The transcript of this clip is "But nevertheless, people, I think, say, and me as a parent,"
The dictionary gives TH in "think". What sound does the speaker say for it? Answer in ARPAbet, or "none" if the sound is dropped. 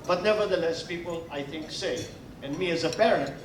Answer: TH